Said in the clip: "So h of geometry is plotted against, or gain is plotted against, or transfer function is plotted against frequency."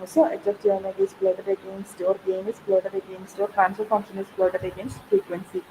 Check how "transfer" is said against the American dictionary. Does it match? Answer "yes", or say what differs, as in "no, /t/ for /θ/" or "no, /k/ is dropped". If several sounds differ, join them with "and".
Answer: no, /f/ is dropped